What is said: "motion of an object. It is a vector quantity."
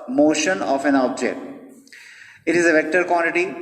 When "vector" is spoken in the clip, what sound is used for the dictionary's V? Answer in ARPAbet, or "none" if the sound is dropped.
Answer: V